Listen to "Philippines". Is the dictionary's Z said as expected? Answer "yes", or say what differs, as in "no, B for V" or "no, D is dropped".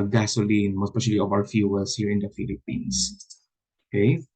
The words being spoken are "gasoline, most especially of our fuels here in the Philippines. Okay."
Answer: no, S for Z